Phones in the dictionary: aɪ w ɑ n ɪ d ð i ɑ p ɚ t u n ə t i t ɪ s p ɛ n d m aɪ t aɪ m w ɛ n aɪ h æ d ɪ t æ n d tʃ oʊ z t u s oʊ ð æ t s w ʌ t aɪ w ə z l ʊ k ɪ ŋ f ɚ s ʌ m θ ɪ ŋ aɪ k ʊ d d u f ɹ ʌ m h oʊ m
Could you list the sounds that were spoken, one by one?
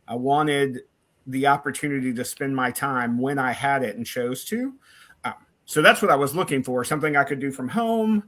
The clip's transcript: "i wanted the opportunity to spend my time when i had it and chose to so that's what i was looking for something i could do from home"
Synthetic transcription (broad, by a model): aɪ w ɑ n ɪ d ð i ɑ p ɚ t u n ə t i t ɪ s p ɛ n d m aɪ t aɪ m w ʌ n aɪ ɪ d ɪ t n tʃ oʊ z t u s oʊ ð æ t s w ʌ t aɪ w ə z l ʊ k ɪ ŋ f ɚ s ʌ m θ ɪ ŋ aɪ k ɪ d d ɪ f ɹ ʌ m h oʊ m